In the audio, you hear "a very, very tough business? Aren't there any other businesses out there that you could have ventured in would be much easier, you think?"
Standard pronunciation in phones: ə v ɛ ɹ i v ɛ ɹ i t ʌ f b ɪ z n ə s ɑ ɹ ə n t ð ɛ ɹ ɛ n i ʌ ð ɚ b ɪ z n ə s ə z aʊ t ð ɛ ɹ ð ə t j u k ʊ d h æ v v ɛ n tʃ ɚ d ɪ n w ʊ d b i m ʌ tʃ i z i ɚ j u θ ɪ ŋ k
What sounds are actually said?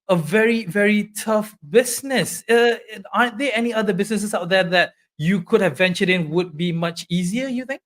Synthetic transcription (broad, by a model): ə v ɛ ɹ i v ɛ ɹ i t ʌ f b ɪ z n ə s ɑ ə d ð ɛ ɛ n i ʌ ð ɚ b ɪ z n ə s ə s aʊ t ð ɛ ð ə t j u k ʊ d h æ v v ɛ n tʃ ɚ d ɪ n w ʊ d b i m ʌ tʃ i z i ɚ j u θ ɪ ŋ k